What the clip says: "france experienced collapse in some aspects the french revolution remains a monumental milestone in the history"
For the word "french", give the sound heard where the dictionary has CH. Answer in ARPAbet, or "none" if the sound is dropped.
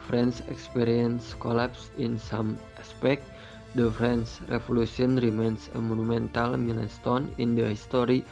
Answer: S